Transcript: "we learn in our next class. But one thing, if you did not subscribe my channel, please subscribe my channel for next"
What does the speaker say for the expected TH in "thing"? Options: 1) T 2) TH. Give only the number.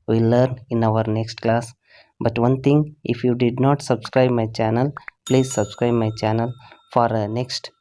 1